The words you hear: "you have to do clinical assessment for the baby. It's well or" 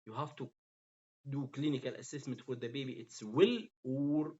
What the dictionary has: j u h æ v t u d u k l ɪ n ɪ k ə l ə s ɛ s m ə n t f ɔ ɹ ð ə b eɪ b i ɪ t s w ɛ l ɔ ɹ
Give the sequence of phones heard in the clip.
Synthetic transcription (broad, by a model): j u h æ f t u d u k l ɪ n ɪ k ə l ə s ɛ s m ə n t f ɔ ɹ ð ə b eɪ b i ɪ t s w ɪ l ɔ ɹ